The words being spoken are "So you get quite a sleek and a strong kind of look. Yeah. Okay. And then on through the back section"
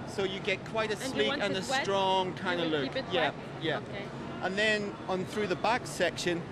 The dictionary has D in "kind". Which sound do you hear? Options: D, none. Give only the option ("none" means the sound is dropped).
none